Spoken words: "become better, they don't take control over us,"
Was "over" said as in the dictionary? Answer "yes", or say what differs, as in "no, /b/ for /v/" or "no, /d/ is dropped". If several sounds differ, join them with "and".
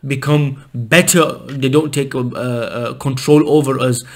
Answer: yes